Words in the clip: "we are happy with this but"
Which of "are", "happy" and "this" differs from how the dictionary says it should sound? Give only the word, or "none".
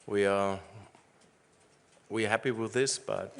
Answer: are